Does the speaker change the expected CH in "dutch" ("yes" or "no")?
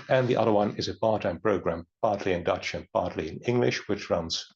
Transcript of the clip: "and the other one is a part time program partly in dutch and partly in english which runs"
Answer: no